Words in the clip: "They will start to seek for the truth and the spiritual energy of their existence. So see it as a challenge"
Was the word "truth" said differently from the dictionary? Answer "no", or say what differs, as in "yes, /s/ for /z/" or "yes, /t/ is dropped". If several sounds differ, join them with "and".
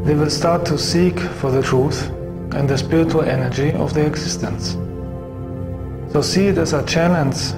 no